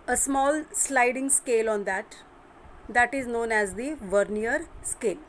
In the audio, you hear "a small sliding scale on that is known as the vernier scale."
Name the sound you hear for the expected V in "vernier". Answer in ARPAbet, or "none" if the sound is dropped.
V